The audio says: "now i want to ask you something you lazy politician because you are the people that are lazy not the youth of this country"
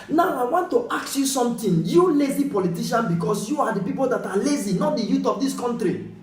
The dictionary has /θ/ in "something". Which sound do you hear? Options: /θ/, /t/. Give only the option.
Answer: /t/